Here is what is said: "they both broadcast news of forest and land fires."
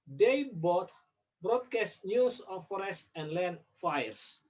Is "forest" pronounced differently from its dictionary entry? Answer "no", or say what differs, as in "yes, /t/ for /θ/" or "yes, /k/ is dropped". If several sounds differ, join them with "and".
no